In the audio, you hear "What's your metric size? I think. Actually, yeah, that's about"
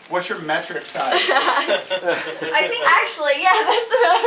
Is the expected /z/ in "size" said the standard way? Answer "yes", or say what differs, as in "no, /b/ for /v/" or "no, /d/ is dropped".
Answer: no, /z/ is dropped